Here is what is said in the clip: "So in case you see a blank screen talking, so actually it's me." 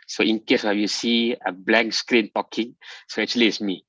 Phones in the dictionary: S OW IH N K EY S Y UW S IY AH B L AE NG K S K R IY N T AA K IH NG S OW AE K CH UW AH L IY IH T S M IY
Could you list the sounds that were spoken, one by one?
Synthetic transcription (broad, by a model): S OW IH N K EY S Y UW S IY AH B L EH K S K R IY N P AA K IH NG S OW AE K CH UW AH L IY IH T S M IY